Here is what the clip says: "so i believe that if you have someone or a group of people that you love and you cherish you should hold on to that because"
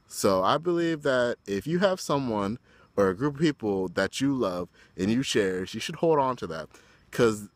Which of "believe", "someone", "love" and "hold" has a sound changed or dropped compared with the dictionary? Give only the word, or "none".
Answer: none